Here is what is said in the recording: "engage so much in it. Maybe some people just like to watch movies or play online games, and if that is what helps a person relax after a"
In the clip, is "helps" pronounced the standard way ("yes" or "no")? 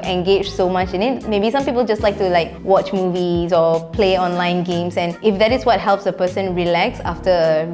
yes